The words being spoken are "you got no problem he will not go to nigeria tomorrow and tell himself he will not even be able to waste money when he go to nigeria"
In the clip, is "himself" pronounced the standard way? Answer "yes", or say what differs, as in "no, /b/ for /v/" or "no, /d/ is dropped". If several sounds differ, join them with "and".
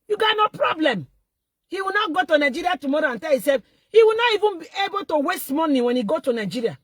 no, /m/ is dropped